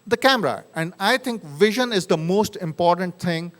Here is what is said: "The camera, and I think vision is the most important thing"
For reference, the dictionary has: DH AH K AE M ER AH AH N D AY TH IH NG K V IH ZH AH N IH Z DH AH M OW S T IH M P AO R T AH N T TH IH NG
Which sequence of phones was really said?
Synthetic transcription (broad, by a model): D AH K AE M ER AH AH N D AY T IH NG K V IH ZH AH N IH Z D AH M OW S T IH M P AO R T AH N T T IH NG